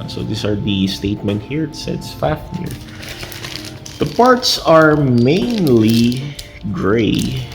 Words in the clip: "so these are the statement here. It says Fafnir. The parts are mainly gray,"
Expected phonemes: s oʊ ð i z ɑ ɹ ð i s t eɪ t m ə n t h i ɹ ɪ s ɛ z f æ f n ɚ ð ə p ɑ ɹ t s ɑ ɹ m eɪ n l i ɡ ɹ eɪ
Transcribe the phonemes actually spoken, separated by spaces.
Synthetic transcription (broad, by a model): s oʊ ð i s ɑ ɹ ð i s t eɪ t m ə n t h i ɹ s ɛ s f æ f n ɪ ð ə p ɑ ɹ t s ɑ ɹ m eɪ n l i ɡ ɹ eɪ